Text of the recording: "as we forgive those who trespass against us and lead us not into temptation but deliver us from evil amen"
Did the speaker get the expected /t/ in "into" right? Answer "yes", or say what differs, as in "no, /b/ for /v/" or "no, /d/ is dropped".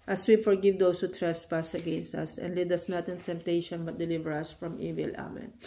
yes